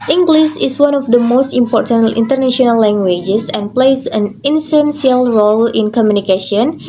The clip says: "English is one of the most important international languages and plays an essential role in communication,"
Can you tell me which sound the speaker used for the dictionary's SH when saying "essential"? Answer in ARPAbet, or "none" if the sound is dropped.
S